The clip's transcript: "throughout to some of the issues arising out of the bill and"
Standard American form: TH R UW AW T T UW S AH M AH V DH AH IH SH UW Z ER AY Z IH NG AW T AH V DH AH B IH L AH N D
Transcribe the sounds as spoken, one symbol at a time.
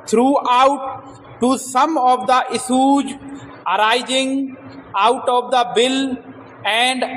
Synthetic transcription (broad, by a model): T R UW AW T T UW S AH M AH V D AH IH S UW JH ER AY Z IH NG AW T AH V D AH B IH L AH N D